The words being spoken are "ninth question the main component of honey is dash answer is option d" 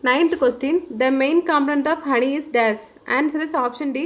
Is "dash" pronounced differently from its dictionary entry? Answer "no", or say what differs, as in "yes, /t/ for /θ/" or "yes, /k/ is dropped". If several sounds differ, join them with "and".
yes, /s/ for /ʃ/